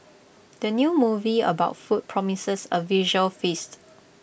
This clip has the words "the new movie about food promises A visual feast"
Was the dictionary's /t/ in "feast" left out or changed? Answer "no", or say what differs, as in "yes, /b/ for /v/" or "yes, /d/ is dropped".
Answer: no